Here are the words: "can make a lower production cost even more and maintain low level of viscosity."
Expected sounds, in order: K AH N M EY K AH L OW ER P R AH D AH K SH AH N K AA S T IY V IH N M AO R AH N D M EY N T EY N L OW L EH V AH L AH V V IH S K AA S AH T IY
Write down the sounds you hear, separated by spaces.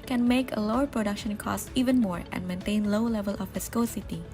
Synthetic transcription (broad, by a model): K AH N M EY K AH L OW ER P R AH D AH K SH AH N K AA S T IY V IH N M AO R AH N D M EY N T EY N L OW L EH V AH L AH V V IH S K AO S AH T IY